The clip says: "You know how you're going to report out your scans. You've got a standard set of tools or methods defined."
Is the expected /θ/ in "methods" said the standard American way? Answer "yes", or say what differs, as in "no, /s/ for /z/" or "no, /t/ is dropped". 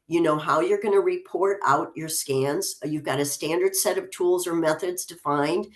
yes